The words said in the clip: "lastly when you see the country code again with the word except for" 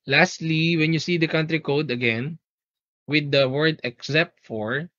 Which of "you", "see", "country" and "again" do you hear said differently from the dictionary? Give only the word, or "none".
none